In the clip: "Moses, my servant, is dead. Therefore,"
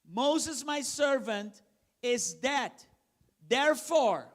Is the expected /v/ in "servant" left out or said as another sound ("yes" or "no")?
no